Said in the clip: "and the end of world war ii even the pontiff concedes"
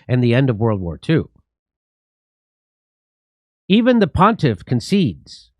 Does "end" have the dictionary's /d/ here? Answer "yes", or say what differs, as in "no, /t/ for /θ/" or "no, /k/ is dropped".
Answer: yes